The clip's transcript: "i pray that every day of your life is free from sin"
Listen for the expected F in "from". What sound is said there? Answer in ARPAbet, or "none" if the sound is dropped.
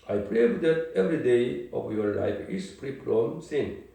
P